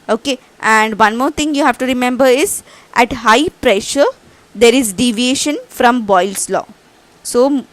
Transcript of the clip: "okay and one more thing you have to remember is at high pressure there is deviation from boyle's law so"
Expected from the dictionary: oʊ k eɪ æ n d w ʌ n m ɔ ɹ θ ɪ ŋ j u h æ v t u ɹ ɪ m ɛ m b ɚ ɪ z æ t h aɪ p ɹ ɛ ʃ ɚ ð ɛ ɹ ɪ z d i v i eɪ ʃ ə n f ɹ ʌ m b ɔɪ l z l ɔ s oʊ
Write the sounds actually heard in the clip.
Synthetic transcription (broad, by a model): oʊ k eɪ æ n d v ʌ n m ɔ ɹ t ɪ ŋ j u h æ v t u ɹ ɪ m ɛ m b ɚ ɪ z æ t h aɪ p ɹ ɛ ʃ ɚ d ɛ ɹ ɪ z d i v i eɪ ʃ ə n f ɹ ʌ m b ɔɪ l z l ɔ s oʊ